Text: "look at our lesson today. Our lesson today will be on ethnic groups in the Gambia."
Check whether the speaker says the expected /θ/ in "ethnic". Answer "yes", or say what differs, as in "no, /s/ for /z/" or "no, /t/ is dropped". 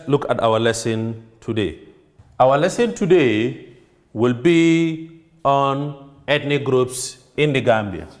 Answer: no, /t/ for /θ/